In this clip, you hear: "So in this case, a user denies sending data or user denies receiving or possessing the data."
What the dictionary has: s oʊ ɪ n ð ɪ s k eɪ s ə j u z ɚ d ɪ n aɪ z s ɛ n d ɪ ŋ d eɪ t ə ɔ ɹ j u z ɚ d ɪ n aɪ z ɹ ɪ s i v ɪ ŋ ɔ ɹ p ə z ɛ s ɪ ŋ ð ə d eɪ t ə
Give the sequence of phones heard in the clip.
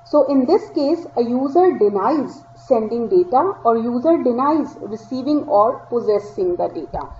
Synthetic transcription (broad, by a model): s oʊ ɪ n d ɪ s k eɪ s ə j u z ɚ d ɪ n aɪ z s ɛ n d ɪ ŋ d eɪ t ə ɔ ɹ j u z ɚ d ɪ n aɪ z ɹ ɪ s i v ɪ ŋ ɔ ɹ p ə z ɛ s ɪ ŋ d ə d eɪ t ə